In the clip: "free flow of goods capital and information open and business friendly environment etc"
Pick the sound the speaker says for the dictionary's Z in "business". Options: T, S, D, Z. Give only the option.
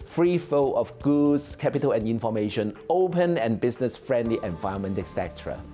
S